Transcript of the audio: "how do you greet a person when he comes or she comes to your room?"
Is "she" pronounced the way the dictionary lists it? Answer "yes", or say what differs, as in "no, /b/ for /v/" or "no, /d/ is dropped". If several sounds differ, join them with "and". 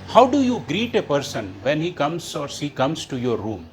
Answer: no, /s/ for /ʃ/